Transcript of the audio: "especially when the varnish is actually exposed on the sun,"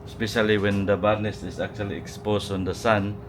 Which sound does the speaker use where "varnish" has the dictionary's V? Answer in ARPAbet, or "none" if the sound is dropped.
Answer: B